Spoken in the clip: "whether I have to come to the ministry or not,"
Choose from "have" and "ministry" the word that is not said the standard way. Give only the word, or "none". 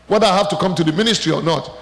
have